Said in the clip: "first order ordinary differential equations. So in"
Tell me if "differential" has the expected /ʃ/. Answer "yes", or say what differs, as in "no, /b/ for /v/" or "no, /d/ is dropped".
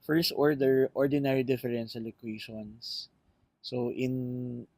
no, /s/ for /ʃ/